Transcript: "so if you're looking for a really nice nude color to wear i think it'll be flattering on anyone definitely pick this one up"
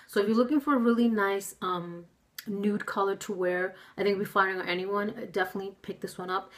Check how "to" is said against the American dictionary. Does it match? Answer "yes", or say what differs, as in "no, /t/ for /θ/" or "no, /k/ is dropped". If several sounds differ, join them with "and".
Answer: yes